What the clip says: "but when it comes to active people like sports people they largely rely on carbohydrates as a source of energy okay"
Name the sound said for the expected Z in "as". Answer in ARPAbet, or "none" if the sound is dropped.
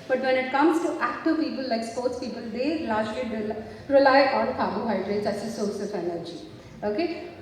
S